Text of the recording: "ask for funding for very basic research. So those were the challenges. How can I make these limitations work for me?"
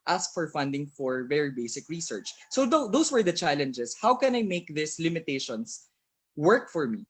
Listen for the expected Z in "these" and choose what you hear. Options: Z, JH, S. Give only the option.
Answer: S